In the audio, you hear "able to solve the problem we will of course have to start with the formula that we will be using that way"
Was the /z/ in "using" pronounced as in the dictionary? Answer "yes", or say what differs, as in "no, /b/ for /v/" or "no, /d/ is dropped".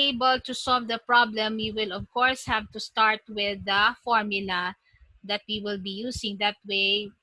no, /s/ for /z/